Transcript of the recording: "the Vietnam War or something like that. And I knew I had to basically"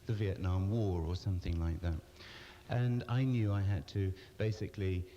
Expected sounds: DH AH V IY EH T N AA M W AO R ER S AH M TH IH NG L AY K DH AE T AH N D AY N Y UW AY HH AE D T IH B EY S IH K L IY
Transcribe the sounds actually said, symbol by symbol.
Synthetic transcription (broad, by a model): DH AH V IY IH T N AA M W AO R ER S AH M TH IH NG L AY K DH AE T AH N AY N Y UW AY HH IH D T IH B EY S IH K L IY